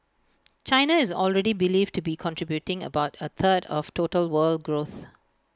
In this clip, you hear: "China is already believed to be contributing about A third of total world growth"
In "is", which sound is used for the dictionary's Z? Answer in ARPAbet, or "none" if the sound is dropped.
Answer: Z